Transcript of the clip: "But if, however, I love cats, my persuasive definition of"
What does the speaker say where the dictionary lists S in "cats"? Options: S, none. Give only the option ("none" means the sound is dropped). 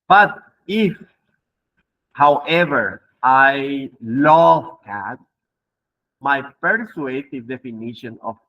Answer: none